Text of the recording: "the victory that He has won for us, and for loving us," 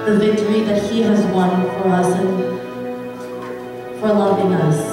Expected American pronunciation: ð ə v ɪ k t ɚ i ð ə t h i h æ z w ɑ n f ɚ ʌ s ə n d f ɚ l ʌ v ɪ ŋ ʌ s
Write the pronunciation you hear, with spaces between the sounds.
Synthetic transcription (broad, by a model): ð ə v ɪ k t ɚ i ð ə t h i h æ z w ɑ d f ɚ ʌ s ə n f ɚ l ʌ ɪ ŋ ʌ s